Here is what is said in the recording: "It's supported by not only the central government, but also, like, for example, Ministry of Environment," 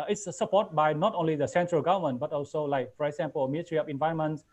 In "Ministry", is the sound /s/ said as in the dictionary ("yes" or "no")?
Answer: no